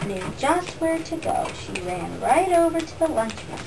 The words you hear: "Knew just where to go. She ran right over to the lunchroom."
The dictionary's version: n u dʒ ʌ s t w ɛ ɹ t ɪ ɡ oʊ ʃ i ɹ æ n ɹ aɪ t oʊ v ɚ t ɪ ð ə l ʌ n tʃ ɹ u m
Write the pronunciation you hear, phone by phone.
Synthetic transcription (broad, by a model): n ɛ dʒ ʌ s t w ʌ ɹ t ɪ ɡ oʊ ʃ i ɹ æ n ɹ aɪ t oʊ v ɚ t ɪ ð ə l ʌ n tʃ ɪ